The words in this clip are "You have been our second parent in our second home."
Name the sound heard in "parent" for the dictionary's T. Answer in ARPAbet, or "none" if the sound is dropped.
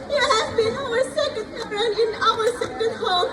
none